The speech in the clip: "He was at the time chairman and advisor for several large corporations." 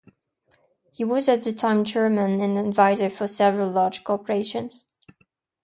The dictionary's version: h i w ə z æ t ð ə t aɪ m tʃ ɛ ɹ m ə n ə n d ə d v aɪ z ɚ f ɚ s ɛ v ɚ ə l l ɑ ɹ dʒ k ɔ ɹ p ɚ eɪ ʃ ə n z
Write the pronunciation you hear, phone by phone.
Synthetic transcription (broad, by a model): h i w ə z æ t ð ə t aɪ m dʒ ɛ ɹ m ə n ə n ə d v aɪ z ɚ f ɚ s ɛ v ɚ ə l l ɑ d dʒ k ɔ ɹ p ɚ eɪ ʃ ə n z